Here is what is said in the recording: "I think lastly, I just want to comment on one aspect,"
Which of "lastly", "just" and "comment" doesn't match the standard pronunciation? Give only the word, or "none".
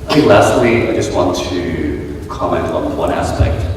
none